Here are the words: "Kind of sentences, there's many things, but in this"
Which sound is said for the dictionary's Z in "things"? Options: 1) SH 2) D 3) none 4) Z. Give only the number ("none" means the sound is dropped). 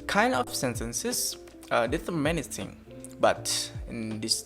3